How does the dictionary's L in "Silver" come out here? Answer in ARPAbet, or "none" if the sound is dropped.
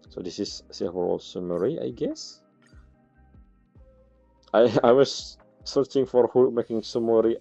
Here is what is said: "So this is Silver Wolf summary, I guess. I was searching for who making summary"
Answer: none